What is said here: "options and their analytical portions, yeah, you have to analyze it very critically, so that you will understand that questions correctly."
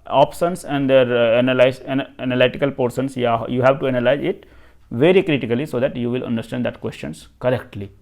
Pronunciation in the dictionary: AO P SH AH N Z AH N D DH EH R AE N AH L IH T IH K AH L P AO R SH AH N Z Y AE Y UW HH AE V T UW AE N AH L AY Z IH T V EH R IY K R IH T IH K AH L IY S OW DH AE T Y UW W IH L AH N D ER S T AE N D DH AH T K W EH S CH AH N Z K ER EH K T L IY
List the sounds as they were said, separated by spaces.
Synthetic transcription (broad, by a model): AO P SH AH N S AH N D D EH R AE N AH L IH T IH K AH L P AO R S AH N S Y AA Y UW HH AE V T UW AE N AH L AY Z IH T V EH R IY K R IH T IH K AH L IY S OW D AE T Y UW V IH L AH N D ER S T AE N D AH T K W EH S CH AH N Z K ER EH K T L IY